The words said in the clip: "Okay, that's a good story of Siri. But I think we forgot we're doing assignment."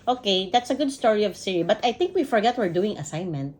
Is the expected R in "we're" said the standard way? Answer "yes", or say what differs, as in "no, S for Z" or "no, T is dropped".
yes